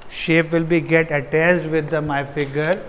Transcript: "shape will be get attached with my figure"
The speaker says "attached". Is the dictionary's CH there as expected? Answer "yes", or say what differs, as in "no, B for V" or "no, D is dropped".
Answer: no, S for CH